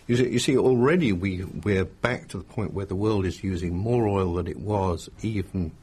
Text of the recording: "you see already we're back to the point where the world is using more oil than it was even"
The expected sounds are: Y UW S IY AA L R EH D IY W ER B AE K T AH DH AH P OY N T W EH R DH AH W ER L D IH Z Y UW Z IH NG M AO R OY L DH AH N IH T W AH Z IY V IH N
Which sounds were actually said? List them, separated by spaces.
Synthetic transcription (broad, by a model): Y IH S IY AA L R EH D IY W ER B AE K T AH DH AH P OY N T W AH R DH AH W ER L D IH Z Y UW Z IH NG M AO R OY L DH AH N IH T W AH Z IY V N